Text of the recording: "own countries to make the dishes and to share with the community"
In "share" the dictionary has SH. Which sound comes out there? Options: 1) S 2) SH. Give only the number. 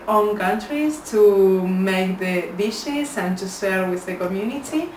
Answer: 1